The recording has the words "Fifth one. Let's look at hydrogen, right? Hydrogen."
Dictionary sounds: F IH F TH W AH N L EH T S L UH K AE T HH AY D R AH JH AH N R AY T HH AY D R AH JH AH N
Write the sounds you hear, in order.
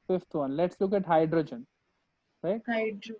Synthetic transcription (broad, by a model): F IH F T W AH N L EH T S L UH K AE T HH AY D R AH JH AH N R AY T HH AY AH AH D